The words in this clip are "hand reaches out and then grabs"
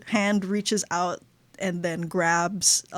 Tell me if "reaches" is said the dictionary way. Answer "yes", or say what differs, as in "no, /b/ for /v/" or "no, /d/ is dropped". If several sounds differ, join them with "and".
yes